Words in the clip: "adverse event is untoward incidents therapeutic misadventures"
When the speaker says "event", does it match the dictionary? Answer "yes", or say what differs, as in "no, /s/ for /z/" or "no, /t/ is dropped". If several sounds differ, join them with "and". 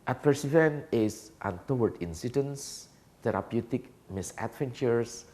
no, /t/ is dropped